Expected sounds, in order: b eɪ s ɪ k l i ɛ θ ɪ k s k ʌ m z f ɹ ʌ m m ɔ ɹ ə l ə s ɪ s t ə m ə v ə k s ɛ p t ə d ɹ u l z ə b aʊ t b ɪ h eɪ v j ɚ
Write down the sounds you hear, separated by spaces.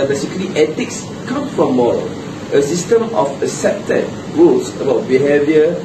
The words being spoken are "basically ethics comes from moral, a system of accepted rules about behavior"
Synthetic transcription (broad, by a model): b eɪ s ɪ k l i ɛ t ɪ k s k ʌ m f ɹ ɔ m m ɔ ɹ ə l ə s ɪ s t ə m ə f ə s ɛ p t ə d ɹ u l s ə b aʊ t b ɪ h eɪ v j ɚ